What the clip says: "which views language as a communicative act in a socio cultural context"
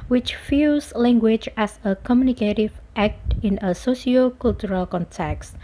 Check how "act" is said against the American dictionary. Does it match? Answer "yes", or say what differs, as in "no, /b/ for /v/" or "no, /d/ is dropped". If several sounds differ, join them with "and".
yes